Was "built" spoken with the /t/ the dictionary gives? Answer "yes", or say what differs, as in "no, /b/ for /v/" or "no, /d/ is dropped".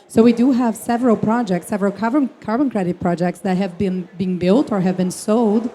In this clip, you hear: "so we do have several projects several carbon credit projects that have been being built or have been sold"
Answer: yes